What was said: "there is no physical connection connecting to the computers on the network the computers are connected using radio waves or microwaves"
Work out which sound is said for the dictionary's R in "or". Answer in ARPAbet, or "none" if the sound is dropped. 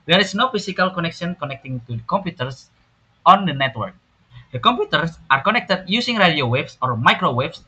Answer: R